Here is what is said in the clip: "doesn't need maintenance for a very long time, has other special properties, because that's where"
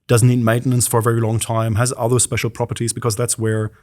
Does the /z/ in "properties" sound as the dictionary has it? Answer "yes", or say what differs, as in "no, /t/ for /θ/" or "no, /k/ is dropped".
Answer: yes